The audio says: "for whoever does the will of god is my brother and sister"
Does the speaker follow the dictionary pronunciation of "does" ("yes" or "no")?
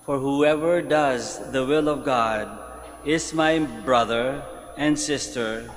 yes